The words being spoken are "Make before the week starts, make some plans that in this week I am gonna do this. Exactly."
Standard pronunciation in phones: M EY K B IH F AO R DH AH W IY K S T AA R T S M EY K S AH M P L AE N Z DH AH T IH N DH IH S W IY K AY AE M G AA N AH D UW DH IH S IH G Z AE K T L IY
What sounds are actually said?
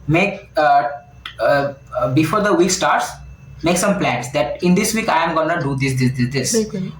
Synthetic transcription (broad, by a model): M EY K B IH F AO R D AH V IY K S T AA R T S M EY K S AH M P L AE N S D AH T IH N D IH S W IY K AY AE M G AA N AH D UW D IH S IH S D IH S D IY